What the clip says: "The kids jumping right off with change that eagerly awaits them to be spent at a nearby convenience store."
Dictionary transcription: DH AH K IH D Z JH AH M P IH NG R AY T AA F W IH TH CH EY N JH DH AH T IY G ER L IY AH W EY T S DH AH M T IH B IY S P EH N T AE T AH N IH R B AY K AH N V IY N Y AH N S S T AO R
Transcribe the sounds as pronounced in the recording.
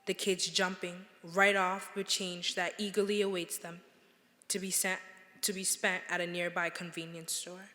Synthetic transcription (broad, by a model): DH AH K IH D Z JH AH M P IH NG R AY T AA F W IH CH EY N JH DH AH T IY G ER L IY AH W EY T S DH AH M T IH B IY S P EH N T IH T AH N IH R B AY K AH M V IY N Y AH N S S T AO R